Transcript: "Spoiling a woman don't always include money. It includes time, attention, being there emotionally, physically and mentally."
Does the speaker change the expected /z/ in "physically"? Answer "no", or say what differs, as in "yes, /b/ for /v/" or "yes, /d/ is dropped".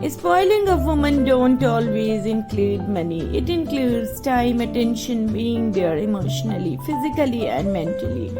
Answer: no